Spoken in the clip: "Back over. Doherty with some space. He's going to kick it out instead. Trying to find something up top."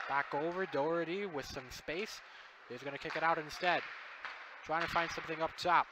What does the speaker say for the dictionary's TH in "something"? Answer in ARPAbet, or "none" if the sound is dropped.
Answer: TH